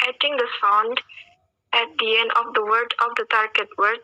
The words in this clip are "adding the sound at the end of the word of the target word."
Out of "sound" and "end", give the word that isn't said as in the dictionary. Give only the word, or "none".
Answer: none